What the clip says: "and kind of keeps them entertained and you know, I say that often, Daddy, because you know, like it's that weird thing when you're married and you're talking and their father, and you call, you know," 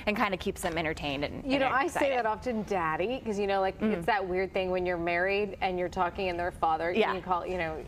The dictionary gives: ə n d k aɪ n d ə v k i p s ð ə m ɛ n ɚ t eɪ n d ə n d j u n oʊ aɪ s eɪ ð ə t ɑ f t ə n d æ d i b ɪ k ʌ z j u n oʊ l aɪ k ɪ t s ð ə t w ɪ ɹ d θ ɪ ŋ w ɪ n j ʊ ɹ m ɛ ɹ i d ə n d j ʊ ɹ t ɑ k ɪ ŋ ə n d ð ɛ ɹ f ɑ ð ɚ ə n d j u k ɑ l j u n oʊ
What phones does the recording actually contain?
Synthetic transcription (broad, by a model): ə n k aɪ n d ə k i p s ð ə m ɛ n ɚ t eɪ n d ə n j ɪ n oʊ aɪ s eɪ ð ə t ɑ f t ə n d æ d i k ʌ z j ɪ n oʊ l aɪ k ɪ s ð ə t w ɪ ɹ d θ ɪ ŋ w ɪ n j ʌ ɹ m ɛ ɹ i d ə n j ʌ ɹ t ɑ k ɪ ŋ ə n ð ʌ ɹ f ɑ ð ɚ ə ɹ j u k ɑ l j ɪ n oʊ